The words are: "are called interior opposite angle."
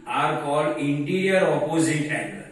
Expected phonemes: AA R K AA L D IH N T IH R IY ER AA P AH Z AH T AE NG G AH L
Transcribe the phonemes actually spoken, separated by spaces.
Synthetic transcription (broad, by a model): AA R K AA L IH N T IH R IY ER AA P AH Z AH T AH